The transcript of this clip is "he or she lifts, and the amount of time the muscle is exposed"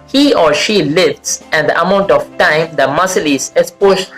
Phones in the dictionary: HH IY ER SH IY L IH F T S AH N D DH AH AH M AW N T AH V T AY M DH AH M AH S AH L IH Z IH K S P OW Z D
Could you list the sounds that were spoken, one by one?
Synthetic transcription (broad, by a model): HH IY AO SH IY L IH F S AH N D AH AH M AW N T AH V T AY M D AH M AH S AH L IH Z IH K S P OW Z